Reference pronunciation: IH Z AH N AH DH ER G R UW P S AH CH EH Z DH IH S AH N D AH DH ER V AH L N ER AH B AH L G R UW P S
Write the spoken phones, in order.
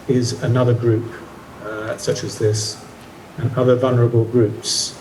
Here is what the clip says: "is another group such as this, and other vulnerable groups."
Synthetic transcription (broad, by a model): IH Z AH N AH DH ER G R UW P S AH CH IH Z DH IH S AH N AH DH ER V AH L N ER AH B AH L G R UW P S